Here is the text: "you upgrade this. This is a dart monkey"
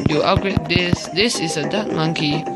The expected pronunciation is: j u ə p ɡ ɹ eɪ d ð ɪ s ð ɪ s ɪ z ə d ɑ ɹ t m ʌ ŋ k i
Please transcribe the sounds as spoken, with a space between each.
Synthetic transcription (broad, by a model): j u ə ɡ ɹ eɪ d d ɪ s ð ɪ s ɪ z ə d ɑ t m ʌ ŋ k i